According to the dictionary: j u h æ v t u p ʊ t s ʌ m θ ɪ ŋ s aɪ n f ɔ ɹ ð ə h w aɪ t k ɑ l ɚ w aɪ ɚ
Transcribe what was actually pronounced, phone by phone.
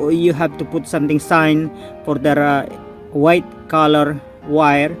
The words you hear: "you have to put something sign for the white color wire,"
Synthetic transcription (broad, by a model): j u h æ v t u p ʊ t s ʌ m t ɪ ŋ s aɪ n f ɔ ɹ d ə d w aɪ t k ɑ l ɚ w aɪ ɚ